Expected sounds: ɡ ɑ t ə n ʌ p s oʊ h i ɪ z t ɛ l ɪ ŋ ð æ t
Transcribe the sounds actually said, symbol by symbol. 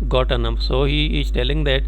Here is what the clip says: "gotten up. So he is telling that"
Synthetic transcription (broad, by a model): ɡ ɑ t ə n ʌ f s oʊ h i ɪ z t ɛ l ɪ ŋ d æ t